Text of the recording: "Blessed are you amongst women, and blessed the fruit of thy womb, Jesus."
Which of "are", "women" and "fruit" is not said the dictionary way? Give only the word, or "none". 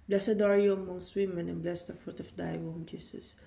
none